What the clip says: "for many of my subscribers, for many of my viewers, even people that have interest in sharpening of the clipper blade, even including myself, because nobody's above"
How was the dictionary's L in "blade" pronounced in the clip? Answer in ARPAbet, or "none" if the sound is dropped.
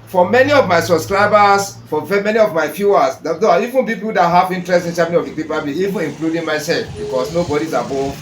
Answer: none